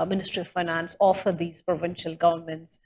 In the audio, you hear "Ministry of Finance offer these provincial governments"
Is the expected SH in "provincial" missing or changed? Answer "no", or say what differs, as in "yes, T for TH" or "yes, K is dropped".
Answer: no